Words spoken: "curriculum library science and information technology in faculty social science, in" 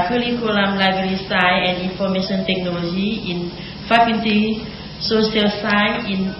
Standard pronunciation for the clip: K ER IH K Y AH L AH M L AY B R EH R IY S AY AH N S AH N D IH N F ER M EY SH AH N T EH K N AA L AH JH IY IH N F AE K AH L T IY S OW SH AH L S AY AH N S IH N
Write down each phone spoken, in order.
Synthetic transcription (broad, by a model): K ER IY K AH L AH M L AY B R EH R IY S AY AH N AH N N F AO M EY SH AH N T EH K N AA L AH JH IY IH N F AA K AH N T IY S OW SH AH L S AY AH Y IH N